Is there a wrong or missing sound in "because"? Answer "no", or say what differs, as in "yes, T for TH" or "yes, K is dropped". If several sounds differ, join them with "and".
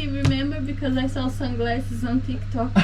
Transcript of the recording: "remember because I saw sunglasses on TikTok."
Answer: no